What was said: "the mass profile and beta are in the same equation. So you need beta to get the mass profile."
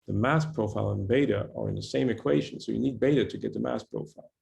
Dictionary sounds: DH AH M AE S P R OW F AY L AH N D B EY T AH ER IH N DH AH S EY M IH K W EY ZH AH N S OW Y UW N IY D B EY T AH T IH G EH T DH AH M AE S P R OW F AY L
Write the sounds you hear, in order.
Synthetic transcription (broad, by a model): DH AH M AE S P R OW F AY L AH N B EY T AH ER IH N DH AH S EY M IH K W EY ZH AH N S OW Y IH N IY D B EY T AH T IH G EH T DH AH M AE S P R OW F AY L